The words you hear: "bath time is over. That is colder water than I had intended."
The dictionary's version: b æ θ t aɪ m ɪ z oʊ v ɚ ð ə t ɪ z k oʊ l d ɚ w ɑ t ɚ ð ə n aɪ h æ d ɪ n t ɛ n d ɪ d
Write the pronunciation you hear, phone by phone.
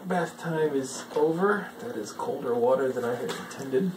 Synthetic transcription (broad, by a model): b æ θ t aɪ m ɪ z oʊ v ɚ ð ə t ɪ z k oʊ l d ɚ w ɑ t ɚ ð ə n aɪ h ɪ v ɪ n t ɛ n d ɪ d